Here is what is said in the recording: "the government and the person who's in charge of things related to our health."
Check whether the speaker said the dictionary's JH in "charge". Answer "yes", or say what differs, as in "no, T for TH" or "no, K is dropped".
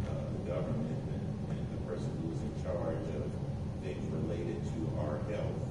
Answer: yes